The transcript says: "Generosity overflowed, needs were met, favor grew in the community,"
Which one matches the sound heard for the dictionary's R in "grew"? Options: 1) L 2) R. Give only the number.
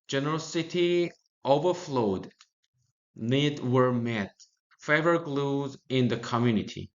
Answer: 1